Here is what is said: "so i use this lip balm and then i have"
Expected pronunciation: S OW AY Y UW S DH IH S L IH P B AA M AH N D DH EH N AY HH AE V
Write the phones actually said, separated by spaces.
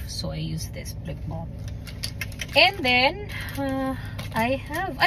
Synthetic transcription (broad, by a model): S OW AY Y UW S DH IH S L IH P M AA AH N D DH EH N AY HH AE V